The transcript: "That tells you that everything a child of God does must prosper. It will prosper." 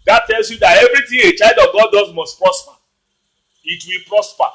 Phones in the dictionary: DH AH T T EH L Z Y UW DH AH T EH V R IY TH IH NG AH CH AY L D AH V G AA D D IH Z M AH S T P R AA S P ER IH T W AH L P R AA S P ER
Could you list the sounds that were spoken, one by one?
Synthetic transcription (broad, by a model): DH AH T T EH L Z Y UW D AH T EH V R IY T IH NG AH CH AY L D AH V G AA D D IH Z M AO S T P R AA S P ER IH T W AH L P R AA S P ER